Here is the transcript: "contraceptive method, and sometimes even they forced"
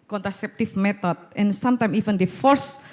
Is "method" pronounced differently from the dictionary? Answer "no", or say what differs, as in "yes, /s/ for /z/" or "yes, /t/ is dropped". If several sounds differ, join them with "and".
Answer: yes, /t/ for /θ/